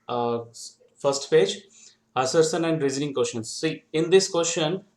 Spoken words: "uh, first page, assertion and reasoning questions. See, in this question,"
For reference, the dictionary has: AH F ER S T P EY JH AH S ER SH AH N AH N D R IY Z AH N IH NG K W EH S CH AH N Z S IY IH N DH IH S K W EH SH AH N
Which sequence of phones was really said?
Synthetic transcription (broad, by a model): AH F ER S T P EY JH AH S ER S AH N AH N D R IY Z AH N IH NG K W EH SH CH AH N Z S IY IH N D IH S K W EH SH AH N